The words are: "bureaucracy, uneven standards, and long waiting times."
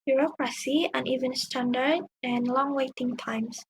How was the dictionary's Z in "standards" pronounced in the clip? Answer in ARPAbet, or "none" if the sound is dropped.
none